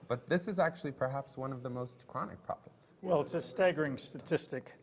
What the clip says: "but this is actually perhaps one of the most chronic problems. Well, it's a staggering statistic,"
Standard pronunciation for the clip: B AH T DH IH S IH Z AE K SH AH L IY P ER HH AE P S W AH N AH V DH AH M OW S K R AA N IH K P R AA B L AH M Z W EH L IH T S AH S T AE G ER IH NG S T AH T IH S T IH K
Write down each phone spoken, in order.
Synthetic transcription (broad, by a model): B AH T DH IH S IH Z AE K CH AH L IY P ER HH AE P S W AH N AH V DH AH M OW S K R AA N IH K P R AA B L AH M Z W EH L IH T S AH S T AE G ER IH NG S T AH T IH S T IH K